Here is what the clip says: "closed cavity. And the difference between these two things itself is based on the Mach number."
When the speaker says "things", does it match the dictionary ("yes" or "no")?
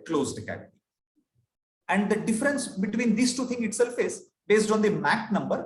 no